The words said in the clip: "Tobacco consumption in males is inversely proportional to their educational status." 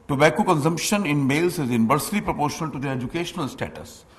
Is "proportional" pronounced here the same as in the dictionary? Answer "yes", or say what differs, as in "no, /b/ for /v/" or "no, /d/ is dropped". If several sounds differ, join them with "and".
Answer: yes